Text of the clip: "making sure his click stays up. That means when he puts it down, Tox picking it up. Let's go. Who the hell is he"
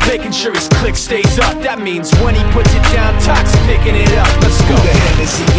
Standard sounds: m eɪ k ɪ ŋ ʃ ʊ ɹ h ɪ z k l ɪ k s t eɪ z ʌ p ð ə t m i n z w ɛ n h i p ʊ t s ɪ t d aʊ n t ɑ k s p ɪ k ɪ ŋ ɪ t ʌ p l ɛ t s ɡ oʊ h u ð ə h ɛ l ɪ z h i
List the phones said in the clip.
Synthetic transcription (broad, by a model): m eɪ k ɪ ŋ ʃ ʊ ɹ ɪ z k l ɪ k s t eɪ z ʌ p ð ə t m i n z w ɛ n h i p ʊ t s ɪ t d aʊ n t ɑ k s p ɪ k ɪ ŋ ɪ t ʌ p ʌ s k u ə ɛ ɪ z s